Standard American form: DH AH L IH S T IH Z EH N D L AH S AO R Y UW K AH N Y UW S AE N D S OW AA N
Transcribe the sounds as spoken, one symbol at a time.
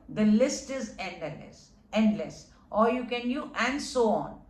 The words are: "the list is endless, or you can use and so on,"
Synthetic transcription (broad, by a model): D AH L IH S T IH Z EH N D L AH S AO R Y UW K AH N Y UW AE N D S OW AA N